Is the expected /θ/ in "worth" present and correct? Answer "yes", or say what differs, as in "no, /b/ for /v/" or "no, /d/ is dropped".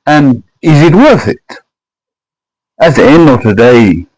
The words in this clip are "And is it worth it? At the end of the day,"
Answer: yes